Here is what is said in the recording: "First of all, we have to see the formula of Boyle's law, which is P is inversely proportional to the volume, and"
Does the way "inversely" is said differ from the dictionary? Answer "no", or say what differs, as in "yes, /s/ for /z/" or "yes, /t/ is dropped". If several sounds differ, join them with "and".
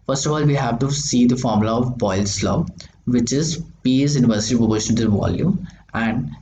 yes, /l/ is dropped